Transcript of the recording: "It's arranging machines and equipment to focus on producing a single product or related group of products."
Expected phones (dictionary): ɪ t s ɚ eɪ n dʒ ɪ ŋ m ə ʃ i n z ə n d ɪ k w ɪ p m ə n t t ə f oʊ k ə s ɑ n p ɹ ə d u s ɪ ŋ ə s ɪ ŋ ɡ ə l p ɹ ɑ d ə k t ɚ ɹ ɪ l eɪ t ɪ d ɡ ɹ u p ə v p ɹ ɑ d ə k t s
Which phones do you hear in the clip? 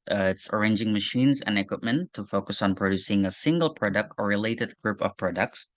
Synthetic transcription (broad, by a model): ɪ t s ɚ eɪ n dʒ ɪ ŋ m ə ʃ i n z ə n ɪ k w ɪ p m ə n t t ə f oʊ k ə s n p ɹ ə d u s ɪ ŋ ə s ɪ ŋ ɡ ə l p ɹ ɑ d ə k t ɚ ɹ ɪ l eɪ t ɪ d ɡ ɹ u p ə v p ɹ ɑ d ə k t s